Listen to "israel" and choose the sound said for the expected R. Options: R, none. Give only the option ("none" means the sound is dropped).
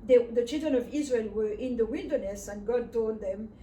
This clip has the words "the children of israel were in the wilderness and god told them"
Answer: R